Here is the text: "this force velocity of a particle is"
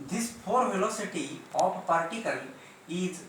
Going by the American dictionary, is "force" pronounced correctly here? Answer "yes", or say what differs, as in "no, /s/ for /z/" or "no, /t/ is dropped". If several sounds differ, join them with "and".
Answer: no, /s/ is dropped